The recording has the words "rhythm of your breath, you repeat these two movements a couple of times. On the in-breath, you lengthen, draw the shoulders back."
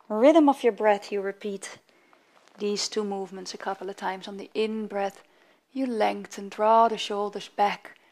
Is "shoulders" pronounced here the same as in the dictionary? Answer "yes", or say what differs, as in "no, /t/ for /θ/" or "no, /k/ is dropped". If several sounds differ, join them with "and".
yes